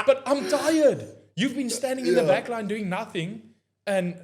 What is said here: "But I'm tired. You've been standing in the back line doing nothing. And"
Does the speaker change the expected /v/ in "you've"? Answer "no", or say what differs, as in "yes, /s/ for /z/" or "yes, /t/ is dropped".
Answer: no